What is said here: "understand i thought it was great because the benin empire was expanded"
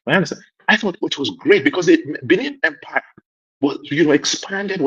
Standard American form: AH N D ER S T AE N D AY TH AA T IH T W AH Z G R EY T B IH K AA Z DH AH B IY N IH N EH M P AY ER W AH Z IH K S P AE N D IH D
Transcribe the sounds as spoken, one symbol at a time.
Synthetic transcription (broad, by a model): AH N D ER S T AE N AY TH AA T IH T W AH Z G R EY T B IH K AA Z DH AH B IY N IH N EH M P AY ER W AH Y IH K S P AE N D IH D